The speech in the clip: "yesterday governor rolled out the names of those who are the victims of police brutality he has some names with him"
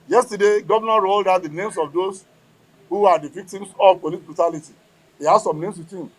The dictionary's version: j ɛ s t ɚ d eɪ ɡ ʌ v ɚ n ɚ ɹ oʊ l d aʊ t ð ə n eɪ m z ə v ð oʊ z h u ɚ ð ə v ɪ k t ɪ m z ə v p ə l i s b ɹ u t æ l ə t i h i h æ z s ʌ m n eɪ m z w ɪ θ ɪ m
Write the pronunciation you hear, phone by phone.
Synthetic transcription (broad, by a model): j ɛ s t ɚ d eɪ ɡ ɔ v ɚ n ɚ ɹ oʊ l d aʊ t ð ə n eɪ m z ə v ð oʊ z h u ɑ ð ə v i k t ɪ m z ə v p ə l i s b ɹ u t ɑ l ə t i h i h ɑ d s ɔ m n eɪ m s w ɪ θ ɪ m